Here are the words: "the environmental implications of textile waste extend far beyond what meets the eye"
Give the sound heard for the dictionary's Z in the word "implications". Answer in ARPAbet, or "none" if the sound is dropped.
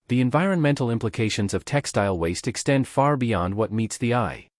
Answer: Z